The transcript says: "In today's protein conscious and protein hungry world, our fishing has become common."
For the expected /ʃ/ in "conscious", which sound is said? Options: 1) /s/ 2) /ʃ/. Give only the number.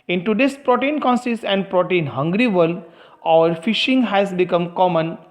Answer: 1